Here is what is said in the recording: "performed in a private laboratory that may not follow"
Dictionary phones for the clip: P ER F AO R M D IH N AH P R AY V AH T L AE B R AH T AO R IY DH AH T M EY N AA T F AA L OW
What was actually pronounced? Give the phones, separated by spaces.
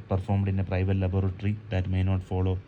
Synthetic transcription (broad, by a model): P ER F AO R M D IH N AH P R AY V AH T L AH B R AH T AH R IY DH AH T M EY N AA T F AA L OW